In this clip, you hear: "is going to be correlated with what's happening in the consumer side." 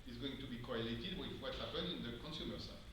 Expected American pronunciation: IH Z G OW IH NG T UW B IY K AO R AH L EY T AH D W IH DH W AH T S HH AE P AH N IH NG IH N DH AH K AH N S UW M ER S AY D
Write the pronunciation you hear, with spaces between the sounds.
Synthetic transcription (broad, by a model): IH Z G OW IH NG T UW B IY K AO R AH L EY T AH D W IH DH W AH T HH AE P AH N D IH N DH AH K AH N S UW M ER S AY